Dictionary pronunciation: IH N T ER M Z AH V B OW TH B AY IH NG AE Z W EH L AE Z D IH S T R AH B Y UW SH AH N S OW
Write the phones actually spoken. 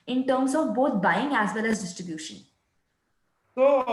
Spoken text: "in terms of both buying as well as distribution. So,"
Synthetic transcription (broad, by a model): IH N T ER M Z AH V B OW T B AY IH NG AE Z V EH L AE Z D IH S T R AH B Y UW SH AH N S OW